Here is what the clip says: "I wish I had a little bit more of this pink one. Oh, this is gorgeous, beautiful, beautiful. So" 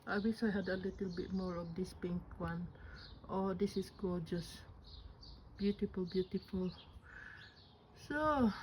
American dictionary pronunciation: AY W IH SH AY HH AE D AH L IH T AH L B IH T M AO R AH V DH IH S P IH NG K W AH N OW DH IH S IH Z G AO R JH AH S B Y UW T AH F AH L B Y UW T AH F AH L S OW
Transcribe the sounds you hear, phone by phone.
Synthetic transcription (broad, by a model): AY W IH S AY HH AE D AH L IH T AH L B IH T M AO R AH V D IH S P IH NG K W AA N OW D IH S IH S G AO JH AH S B Y UW T AH F AH L B Y UW T AH F AH L S OW